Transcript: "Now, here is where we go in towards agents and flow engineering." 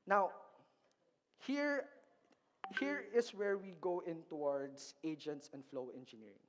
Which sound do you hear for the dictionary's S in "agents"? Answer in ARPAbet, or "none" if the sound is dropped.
S